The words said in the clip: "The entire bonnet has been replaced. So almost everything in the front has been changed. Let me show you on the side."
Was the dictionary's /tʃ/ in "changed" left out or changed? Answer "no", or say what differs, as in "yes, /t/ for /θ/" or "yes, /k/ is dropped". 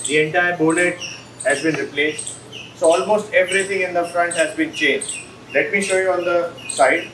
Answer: no